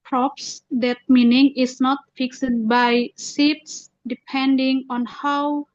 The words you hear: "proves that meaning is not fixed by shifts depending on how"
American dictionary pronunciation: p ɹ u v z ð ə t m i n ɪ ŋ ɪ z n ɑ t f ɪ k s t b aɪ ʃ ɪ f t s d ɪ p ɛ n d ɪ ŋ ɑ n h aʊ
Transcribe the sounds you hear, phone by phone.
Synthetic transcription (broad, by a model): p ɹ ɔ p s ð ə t m i n ɪ ŋ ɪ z n ɑ t f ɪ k s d b aɪ s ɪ t s d ɪ p ɛ n d ɪ ŋ ɑ n h aʊ